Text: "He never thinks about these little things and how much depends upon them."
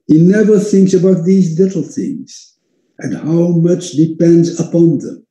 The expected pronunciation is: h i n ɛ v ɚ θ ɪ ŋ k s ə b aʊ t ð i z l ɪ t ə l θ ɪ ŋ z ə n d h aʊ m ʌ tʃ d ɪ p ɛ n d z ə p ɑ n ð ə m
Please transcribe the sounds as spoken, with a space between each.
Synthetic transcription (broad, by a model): h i n ɛ v ɚ θ ɪ ŋ k s ə b aʊ t ð i z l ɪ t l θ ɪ ŋ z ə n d h aʊ m ʌ tʃ d ɪ p ɛ n d z ə p ɑ n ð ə m